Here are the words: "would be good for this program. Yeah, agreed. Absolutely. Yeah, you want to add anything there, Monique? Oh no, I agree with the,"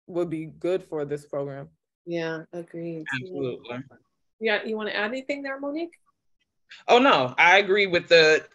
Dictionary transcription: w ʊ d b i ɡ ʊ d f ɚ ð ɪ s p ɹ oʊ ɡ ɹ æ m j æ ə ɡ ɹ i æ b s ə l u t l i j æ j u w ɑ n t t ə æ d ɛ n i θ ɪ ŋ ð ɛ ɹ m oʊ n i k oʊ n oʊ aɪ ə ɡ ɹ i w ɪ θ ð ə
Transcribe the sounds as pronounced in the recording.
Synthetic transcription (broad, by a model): w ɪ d b i ɡ ʊ d f ɚ ð ɪ s p ɹ oʊ ɡ ɹ æ m j æ ə ɡ ɹ i æ b s ə l u t l i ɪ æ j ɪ w ɑ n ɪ t æ d ɛ n i θ ɪ ŋ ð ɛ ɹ m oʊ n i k oʊ n oʊ aɪ ə ɡ ɹ i w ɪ ð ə